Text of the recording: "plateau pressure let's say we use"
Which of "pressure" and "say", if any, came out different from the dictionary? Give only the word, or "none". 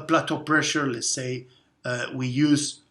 none